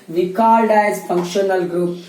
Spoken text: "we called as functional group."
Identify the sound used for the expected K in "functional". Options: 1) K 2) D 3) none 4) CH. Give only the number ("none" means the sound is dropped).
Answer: 1